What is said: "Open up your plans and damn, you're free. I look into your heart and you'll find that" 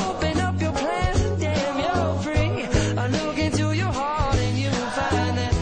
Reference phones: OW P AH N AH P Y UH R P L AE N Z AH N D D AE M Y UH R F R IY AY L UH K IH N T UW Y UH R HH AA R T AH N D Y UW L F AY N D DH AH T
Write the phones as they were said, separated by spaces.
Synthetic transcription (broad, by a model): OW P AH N AH P Y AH R P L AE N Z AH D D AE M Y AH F R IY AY L UH K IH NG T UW Y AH R HH AA R T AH N Y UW N F AY N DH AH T